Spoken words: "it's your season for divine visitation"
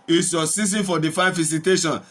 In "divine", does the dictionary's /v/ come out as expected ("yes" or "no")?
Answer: no